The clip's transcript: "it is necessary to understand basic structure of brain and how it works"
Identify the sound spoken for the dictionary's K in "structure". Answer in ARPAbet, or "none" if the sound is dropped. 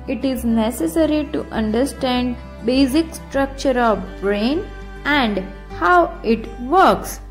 K